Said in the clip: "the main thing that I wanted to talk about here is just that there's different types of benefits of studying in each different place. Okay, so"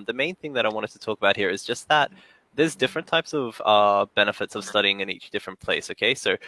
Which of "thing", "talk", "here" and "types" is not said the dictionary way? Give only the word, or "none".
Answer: none